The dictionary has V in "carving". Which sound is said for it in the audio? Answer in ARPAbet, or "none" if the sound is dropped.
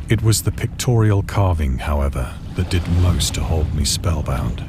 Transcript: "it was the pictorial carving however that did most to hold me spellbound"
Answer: V